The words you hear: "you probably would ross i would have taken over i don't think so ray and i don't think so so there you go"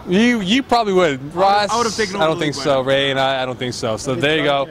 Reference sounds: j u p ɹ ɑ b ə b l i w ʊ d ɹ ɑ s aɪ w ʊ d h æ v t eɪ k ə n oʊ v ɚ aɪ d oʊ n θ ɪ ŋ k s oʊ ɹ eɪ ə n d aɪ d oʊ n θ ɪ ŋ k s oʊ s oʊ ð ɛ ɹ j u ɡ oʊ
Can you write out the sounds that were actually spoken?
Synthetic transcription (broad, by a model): j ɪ p ɹ ɑ b ə b l i w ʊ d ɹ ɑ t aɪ w ʊ d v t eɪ ə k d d oʊ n θ ɪ ŋ k s oʊ ɹ eɪ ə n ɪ aɪ d oʊ n θ ɪ ŋ k s oʊ s oʊ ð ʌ ɹ j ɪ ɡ oʊ